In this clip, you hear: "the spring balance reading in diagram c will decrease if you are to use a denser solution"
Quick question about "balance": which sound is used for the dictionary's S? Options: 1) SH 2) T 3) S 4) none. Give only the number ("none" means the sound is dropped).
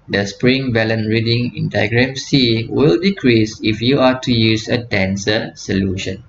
4